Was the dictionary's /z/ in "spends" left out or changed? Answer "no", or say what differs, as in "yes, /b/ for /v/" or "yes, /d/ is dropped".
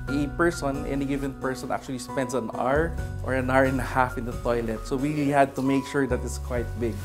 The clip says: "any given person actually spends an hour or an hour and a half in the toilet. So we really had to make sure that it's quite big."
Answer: yes, /s/ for /z/